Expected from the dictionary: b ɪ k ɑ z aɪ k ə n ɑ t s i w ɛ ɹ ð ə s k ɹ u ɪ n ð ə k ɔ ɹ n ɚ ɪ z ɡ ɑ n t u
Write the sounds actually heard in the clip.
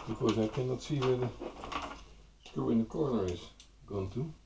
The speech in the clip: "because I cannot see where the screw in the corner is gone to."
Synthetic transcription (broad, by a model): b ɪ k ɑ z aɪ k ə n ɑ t s i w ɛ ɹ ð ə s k u ɪ n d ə k ɔ ɹ n ɚ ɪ s ɡ ɑ n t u